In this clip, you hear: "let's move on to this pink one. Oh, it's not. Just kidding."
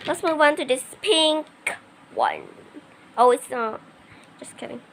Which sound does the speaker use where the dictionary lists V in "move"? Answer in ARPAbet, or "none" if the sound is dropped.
W